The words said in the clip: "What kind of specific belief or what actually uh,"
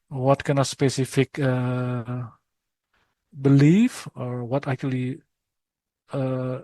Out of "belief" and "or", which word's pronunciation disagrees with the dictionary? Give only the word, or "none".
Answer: none